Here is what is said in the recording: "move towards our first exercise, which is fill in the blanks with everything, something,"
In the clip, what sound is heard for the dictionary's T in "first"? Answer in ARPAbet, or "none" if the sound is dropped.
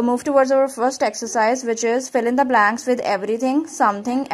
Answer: T